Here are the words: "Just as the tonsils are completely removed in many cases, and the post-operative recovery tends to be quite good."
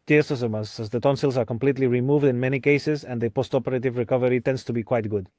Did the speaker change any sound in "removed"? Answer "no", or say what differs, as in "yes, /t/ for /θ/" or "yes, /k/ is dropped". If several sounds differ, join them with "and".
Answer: no